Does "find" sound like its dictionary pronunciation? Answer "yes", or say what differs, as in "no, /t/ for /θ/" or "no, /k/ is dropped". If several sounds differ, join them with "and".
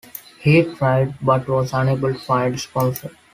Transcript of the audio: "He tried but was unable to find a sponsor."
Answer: no, /n/ is dropped